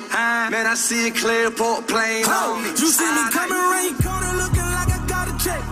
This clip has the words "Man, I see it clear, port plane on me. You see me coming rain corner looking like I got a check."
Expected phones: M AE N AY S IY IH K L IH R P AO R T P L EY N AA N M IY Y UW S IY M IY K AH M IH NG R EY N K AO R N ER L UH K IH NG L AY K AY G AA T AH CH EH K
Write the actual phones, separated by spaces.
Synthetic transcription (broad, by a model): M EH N AY S IY IH K L IH R P AO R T P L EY IH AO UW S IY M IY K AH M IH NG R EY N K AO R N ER L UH K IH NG L AY K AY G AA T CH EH